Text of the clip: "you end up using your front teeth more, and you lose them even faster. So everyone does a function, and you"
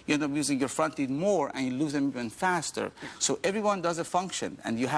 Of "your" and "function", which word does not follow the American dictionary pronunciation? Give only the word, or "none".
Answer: none